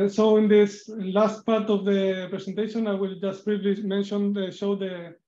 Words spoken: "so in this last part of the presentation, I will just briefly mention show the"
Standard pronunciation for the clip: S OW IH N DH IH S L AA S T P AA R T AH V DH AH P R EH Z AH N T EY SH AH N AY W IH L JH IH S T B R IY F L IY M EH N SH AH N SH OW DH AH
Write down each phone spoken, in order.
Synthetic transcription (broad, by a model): S OW IH N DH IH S L AA S T P AA R T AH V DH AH P R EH S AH N T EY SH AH N AY W IH L JH IH S T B R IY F L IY M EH N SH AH N SH OW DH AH